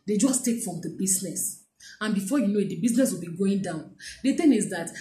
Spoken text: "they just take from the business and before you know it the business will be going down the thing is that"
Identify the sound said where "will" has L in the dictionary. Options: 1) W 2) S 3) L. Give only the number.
3